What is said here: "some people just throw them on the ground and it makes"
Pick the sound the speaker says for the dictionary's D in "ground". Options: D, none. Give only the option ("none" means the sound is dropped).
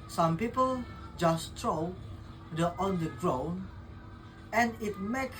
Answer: none